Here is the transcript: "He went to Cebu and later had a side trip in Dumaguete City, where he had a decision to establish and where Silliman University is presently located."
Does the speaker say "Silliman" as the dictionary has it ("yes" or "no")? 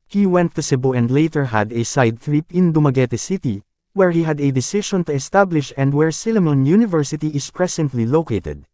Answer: yes